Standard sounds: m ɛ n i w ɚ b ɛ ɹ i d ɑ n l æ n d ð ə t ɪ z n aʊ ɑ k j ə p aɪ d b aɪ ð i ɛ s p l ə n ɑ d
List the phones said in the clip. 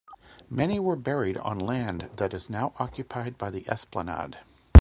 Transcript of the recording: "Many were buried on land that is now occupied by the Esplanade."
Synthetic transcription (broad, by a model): m ɛ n i w ɚ b ɛ ɹ i d n l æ n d ð ə t ɪ z n aʊ ɑ k j ə p aɪ d b aɪ ð i ɛ s p l ə n ɑ d